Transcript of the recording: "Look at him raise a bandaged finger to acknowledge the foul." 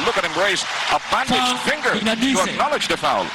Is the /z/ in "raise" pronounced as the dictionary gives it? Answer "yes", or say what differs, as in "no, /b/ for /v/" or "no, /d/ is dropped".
no, /s/ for /z/